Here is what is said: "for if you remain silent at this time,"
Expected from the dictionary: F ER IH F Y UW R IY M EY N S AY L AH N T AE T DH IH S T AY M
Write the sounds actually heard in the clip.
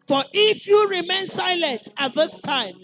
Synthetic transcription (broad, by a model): F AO IH F Y UW R IY M EY N S AY L AH N T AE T DH IH S T AY M